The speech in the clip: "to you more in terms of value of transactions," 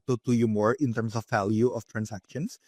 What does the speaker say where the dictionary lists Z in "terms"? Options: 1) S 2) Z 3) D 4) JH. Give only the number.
1